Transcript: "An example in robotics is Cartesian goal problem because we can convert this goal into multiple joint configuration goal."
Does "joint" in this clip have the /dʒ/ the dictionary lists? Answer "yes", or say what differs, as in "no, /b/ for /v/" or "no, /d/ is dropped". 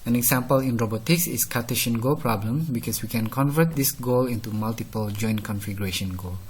yes